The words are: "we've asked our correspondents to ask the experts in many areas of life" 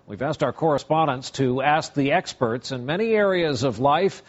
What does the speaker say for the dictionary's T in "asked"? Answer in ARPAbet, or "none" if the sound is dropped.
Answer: T